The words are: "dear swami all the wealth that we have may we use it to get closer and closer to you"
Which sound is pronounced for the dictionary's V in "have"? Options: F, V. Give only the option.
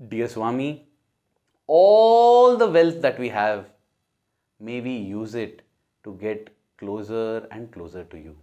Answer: V